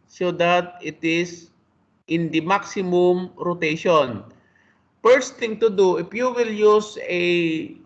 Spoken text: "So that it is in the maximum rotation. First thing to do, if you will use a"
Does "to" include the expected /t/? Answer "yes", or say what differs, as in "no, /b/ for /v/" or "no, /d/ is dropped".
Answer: yes